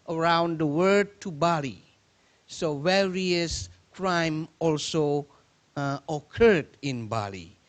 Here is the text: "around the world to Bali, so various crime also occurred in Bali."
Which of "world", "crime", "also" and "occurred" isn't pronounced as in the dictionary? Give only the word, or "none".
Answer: world